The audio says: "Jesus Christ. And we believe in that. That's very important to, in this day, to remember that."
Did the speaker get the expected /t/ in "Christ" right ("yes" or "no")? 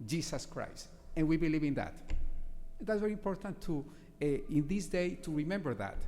yes